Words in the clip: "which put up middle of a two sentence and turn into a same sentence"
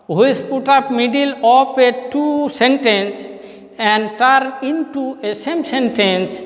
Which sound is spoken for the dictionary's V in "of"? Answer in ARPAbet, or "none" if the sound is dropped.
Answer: P